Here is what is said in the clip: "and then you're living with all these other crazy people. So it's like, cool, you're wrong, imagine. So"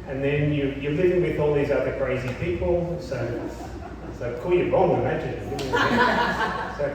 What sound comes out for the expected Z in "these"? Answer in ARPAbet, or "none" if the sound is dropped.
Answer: Z